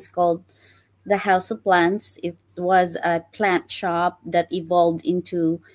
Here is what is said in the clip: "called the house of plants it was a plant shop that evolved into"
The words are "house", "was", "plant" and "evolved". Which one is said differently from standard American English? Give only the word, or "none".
none